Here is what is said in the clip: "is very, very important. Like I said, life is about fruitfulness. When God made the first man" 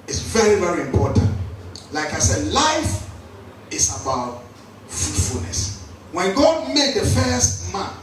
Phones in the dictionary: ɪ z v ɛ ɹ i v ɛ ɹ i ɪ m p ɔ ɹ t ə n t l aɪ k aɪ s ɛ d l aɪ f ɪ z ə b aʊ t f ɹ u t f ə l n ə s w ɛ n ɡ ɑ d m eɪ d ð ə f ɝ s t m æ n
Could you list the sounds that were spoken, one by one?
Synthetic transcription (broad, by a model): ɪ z v ɛ ɹ i v ɛ ɹ i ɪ m p ɔ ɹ t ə n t l aɪ k aɪ s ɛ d l aɪ f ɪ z ə b aʊ t f u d f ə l n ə s w ɛ n ɡ ɑ d m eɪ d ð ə f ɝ s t m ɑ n